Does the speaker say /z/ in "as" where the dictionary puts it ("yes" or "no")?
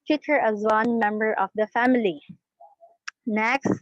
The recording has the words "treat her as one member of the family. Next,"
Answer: yes